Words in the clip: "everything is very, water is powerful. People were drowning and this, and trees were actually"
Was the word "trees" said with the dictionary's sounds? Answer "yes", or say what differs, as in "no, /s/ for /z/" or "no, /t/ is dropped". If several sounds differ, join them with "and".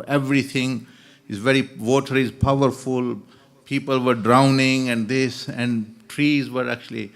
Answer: yes